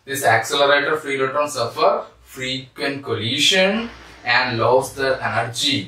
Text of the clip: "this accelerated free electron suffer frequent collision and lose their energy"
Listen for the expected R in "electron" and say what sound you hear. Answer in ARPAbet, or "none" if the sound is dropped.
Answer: none